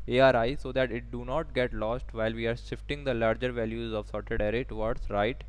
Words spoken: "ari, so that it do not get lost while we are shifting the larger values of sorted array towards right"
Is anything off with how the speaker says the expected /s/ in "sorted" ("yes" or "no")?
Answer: no